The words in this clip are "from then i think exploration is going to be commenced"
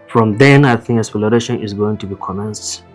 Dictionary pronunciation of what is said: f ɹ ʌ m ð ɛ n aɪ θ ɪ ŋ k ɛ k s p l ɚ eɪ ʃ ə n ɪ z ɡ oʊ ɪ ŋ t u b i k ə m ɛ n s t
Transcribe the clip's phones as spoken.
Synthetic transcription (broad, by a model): f ɹ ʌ m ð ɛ n aɪ θ ɪ ŋ k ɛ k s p l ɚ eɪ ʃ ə n ɪ z ɡ oʊ ɪ ŋ t u b i k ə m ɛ n s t